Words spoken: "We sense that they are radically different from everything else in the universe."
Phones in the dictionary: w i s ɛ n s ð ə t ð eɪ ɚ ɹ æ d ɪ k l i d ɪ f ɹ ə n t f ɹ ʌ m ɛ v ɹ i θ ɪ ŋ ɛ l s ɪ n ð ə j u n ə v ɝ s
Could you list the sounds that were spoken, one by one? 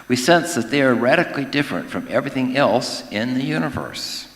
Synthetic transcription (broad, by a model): w i s ɛ n s ð ə t ð eɪ ɚ ɹ æ d ɪ k l i d ɪ f ɹ ə n t f ɹ ʌ m ɛ v ɹ i θ ɪ ŋ ɛ l s ɪ n ð ə j u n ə v ɝ s